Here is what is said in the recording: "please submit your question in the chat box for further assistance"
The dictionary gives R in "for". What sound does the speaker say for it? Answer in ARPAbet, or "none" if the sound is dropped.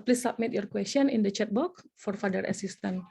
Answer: R